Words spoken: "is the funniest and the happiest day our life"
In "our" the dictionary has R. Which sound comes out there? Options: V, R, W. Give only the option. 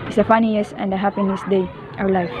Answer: W